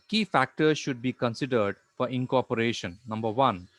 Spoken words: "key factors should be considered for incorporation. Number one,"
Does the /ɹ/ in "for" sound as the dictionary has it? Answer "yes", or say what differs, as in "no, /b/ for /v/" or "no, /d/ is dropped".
yes